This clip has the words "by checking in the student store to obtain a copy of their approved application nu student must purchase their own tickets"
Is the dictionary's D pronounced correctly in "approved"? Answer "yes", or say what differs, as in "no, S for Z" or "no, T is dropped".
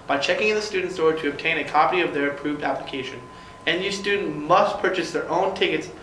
yes